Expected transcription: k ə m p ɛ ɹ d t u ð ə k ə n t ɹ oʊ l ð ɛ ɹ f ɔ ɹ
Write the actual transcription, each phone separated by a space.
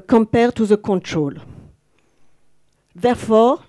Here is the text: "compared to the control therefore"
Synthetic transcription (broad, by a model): k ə m p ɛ ɹ t u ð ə k ə n t ɹ oʊ l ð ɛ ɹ f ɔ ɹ